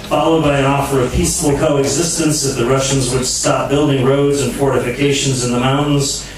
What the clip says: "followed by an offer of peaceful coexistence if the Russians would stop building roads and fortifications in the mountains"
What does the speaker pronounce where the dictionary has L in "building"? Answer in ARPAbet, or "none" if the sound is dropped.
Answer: L